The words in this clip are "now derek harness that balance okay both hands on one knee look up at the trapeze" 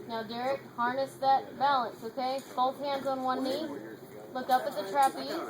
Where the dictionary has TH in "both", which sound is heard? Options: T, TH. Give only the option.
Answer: T